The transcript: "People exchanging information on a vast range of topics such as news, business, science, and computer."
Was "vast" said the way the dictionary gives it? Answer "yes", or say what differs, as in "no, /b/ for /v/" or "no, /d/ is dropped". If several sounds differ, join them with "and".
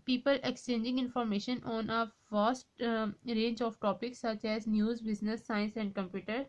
no, /f/ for /v/